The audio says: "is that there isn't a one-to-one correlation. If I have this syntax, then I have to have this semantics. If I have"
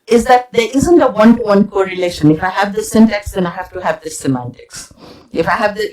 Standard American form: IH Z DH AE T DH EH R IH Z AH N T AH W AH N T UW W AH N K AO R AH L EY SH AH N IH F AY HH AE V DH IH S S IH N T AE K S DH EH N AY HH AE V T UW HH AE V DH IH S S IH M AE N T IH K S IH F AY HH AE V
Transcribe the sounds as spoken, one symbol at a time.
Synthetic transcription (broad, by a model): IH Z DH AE T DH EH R IH Z AH N T AH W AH N T UW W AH N K AO R AH L EY SH AH N IH F AY HH AE V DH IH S S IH N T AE K S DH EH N AY HH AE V T UW HH AE V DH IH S S IH M AE N T IH K S IH F AY HH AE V